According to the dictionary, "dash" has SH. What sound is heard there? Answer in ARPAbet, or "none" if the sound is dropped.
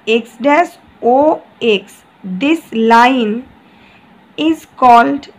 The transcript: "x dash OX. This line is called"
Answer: S